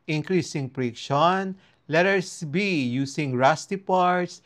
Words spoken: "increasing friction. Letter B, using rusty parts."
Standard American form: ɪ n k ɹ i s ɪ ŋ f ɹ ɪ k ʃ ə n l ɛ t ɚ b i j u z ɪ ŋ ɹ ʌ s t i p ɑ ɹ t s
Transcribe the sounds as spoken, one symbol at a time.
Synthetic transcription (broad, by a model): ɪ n k ɹ i s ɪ ŋ p ɹ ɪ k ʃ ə n l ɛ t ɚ b i j u s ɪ ŋ ɹ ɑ s t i p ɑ ɹ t s